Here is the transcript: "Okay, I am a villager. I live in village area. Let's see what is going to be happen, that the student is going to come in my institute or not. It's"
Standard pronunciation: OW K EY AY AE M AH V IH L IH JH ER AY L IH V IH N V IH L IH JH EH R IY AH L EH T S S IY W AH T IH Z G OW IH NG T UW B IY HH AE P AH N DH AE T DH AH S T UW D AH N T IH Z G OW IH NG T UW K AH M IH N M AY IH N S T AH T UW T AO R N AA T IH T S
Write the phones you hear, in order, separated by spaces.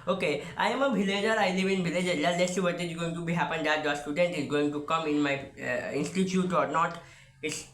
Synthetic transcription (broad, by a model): OW K EY AY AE M AH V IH L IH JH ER AY L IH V IH N V IH L IH JH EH L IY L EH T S S IY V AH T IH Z G OW IH NG T UW B IY HH AE P AH N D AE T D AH S T UW D AH N T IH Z G OW IH NG T UW K AH M IH N M AY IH N S T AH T UW T AO R N AA T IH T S